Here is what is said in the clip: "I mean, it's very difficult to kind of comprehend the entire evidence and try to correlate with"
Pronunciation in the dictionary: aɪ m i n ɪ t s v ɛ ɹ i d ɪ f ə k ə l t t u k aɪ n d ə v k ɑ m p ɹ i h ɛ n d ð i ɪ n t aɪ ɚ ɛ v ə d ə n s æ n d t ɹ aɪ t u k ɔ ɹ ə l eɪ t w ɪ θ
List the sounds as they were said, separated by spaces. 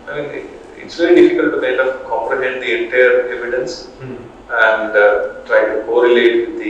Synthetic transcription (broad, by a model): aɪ m i n ɪ t s v ɛ ɹ i d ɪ f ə k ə l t t u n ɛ d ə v k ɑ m p ɹ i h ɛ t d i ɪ n t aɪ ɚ ɛ v ə d ə n s æ n d t ɹ aɪ t u k ɔ ɹ ə l eɪ t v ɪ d